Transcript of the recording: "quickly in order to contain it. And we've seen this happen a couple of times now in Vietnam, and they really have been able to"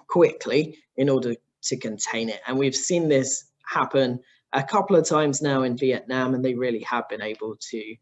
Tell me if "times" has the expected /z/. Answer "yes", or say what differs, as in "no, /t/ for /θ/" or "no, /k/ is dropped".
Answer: yes